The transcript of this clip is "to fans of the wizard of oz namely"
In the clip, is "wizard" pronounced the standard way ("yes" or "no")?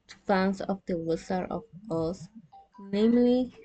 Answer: no